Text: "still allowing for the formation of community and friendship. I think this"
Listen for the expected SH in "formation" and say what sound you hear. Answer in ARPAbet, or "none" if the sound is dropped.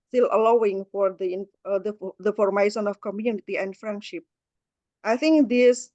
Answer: S